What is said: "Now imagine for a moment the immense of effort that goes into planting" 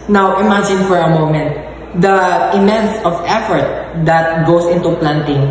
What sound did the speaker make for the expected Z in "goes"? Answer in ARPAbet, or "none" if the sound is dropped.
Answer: S